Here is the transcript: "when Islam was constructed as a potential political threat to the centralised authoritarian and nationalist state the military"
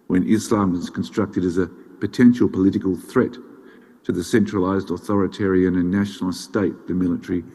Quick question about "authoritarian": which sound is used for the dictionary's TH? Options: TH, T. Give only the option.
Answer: TH